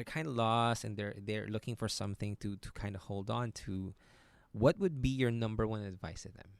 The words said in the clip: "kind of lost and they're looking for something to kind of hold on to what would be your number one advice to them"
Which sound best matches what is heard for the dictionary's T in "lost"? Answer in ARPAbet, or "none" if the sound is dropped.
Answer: none